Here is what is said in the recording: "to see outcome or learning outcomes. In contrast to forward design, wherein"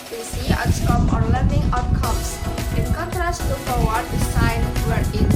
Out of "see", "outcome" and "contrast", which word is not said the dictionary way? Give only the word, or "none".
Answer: outcome